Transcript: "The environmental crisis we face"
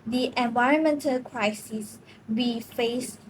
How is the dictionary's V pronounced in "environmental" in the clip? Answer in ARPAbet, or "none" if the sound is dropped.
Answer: V